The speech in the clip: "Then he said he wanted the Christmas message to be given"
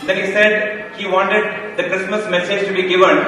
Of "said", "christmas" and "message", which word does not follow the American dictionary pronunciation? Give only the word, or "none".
none